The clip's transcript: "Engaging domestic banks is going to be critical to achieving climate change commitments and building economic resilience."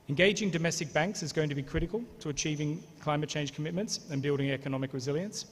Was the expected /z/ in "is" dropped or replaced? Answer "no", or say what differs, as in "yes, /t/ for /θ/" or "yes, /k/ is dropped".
no